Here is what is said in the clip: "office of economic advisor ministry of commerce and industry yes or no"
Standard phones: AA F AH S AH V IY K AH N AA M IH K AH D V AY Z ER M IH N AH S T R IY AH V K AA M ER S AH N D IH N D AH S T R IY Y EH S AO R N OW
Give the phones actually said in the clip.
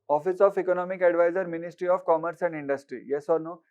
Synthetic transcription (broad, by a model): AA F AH S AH F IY K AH N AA M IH K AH D V AY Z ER M IH N AH S T R IY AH F K AA M ER S AH N D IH N D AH S T R IY Y EH S AO R N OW